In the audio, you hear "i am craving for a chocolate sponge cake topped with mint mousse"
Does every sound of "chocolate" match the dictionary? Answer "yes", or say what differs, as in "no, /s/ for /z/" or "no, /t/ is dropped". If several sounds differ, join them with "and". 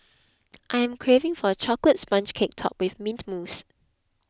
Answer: yes